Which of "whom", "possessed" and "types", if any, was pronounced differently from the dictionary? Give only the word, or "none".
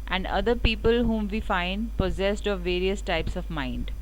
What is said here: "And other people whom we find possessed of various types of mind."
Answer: none